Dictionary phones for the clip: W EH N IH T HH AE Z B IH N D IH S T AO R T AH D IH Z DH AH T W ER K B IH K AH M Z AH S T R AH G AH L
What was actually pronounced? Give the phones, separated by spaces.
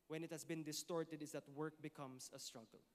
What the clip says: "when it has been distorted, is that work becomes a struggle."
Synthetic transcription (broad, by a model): W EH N IH T HH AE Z B IH N D IH S T AO R T AH D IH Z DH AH T W ER K B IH K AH M S AH S T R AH G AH L